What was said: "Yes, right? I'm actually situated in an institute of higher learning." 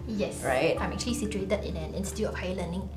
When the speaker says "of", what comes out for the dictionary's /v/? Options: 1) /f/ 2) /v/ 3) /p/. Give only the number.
1